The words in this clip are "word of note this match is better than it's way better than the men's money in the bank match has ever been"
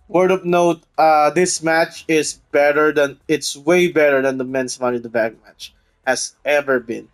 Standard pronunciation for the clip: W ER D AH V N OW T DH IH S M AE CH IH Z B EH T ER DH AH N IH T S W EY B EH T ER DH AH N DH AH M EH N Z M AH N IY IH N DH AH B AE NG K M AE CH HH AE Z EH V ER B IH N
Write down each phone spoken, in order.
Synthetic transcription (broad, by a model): W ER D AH P N OW T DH IH S M AE CH IH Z B EH T ER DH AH N IH T S W EY B EH T ER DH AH N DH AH M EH N S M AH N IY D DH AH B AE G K M AE CH HH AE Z EH V ER B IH N